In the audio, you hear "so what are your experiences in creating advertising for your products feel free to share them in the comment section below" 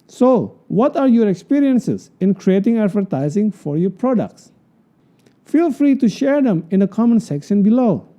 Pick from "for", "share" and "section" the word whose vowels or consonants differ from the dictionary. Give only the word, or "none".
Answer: none